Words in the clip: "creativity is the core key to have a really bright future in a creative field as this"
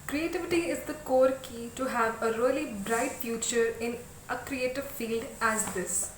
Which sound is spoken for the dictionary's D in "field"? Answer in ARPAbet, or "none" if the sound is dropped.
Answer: D